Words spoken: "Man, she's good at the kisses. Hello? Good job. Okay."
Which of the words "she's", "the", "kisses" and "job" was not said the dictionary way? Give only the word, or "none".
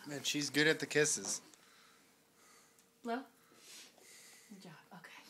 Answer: job